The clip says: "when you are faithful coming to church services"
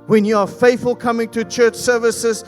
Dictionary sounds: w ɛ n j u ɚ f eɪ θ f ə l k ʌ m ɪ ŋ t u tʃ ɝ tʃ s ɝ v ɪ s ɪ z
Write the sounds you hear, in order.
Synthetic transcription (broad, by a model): w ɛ n j u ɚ f eɪ θ f ə l k ʌ m ɪ ŋ t u tʃ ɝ tʃ s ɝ v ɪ s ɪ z